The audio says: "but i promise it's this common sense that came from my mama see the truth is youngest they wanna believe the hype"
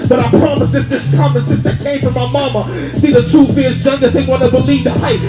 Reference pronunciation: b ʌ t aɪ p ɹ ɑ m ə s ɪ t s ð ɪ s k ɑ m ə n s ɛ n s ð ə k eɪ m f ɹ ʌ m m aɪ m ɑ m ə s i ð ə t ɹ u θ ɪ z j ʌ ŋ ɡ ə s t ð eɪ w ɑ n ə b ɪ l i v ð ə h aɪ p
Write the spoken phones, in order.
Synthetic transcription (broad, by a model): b ʌ t aɪ p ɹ ɑ m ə s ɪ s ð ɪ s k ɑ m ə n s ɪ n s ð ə k eɪ m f ɹ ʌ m m aɪ m ɑ m ə s i ð ə t u f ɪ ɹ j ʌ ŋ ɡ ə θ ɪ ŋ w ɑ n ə b ɪ l i v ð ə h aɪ